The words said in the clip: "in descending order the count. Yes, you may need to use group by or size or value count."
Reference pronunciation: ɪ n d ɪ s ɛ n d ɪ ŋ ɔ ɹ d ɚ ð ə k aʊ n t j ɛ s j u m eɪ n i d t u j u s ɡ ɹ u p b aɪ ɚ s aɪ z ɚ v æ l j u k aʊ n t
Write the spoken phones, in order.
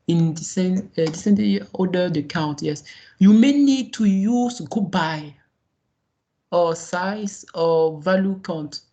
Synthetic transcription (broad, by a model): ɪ n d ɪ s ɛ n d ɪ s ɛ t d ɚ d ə k aʊ n t j ɛ s j u m eɪ n i d t u j u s ɡ u b aɪ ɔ s aɪ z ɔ v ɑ l j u k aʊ n t